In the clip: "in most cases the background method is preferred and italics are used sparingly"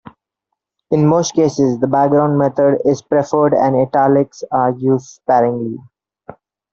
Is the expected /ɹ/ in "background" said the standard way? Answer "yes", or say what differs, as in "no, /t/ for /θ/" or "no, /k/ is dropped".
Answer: yes